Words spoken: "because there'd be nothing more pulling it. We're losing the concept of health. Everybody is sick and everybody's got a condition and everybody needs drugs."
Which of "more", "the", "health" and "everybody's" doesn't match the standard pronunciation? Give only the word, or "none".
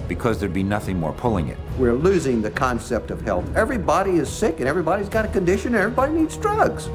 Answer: none